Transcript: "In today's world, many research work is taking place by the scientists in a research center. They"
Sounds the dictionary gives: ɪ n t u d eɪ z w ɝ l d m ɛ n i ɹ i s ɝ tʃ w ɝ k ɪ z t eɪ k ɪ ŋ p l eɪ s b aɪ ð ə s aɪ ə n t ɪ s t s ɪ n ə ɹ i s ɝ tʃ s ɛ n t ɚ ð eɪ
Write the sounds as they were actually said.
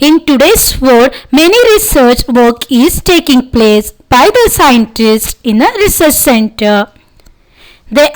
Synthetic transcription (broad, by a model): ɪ n t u d eɪ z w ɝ d m ɛ n i ɹ i s ɝ tʃ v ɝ k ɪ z t eɪ k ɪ ŋ p l eɪ s b aɪ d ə s aɪ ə n t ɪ s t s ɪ n ə ɹ i s ɝ tʃ s ɛ n t ɚ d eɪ